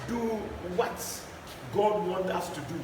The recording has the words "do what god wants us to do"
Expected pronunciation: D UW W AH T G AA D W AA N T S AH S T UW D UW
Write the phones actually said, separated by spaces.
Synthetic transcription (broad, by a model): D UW W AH T G AA D W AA N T AH S T UW D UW